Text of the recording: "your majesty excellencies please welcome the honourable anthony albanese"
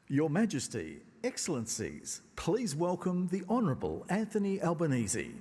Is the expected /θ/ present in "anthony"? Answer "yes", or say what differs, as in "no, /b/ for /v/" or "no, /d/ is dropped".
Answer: yes